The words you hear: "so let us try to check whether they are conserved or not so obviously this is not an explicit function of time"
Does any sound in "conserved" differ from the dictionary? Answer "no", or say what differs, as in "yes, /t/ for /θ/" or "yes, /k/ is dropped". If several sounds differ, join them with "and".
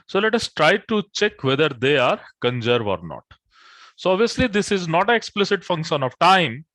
yes, /d/ is dropped